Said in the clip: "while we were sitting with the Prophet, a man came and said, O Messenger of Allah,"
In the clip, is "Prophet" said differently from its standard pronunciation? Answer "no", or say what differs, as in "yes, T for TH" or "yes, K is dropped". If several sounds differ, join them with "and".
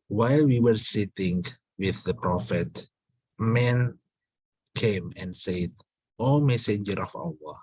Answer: no